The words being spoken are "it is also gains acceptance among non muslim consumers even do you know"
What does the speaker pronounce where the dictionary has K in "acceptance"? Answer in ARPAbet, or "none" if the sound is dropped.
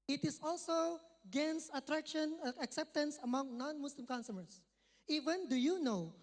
K